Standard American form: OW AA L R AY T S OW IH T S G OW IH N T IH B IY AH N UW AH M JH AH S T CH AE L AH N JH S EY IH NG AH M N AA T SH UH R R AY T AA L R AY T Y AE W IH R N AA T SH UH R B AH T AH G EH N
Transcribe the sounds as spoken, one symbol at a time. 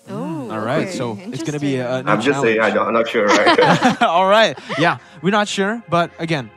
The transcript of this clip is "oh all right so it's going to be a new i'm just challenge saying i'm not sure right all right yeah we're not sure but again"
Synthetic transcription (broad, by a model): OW AA L R AY T S OW IH T S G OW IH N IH B IY AH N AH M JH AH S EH AH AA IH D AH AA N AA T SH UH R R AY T AA L R AY T Y AE W IH R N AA T SH UH R B AH T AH G EH N